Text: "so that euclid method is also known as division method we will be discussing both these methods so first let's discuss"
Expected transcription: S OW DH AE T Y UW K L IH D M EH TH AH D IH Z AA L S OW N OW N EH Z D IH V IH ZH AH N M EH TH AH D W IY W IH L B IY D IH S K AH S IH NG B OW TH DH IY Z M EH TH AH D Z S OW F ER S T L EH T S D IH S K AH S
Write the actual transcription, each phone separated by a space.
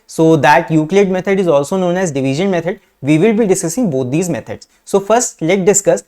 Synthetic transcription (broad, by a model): S OW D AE T Y UW K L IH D M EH T AH D IH Z AA L S OW N OW N EH Z D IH V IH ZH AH N M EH T AH D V IY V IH L B IY D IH S K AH S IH NG B OW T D IY Z M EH T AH D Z S OW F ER S T L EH T D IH S K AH S